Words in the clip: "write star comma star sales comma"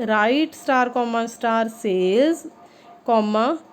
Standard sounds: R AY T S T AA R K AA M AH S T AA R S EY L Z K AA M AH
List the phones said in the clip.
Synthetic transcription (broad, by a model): R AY T S T AA R K AA M AH S T AA R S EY Z K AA M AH